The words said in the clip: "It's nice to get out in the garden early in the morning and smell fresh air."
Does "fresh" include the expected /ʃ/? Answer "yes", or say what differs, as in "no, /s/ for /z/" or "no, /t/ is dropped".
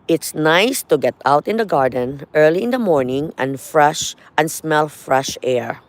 yes